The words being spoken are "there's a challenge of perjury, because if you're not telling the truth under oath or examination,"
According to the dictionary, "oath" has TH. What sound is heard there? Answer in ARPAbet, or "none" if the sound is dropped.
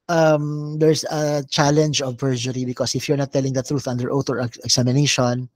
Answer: T